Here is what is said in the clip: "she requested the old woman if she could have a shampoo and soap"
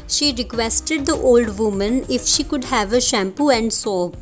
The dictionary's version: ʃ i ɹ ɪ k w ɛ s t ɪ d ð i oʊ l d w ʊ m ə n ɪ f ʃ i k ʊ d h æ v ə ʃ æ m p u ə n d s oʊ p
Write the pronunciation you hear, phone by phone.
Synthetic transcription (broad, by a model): ʃ i ɹ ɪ k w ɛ s t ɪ d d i oʊ l d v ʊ m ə n ɪ f ʃ i k ʊ d h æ v ə ʃ æ m p u ə n d s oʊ